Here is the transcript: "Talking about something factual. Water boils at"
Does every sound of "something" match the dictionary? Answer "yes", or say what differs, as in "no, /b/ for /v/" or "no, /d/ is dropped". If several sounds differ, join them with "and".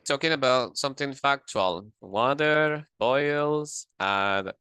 yes